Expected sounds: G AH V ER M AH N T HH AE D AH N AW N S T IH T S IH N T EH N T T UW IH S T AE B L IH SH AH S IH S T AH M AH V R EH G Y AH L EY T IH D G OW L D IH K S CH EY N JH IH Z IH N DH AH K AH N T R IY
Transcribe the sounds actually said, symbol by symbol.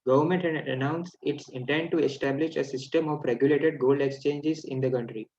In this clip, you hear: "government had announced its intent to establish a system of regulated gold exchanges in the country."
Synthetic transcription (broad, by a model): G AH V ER M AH N T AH N AW N S IH T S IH N T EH N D T UW IH S T AE B L IH SH AH S IH S T AH M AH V R EH G Y AH L EY T IH D G OW L D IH K S CH EY N JH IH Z IH N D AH K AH N T R IY